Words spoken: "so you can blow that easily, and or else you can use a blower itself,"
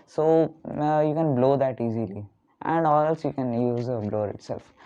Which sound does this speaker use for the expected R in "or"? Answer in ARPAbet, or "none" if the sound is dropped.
L